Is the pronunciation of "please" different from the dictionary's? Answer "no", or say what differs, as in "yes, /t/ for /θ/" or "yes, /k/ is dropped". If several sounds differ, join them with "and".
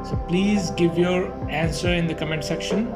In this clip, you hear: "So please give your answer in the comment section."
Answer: no